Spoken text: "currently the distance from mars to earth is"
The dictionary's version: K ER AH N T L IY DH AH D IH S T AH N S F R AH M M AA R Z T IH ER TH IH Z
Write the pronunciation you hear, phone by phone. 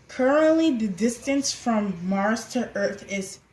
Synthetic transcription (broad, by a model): K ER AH N T L IY DH AH D IH S T AH N S F R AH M M AA R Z T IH ER TH IH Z